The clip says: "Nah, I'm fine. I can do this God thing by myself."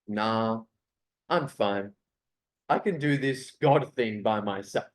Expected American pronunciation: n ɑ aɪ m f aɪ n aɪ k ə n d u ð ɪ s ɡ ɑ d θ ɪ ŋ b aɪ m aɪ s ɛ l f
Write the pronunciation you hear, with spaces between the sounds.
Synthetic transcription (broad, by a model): n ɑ aɪ m f aɪ n aɪ k ə n d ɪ ð ɪ s ɡ ɑ d θ ɪ ŋ b aɪ m aɪ s ɛ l